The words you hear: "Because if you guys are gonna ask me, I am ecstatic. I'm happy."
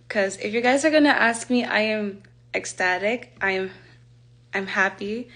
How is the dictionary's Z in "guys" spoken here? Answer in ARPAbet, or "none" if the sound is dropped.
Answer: Z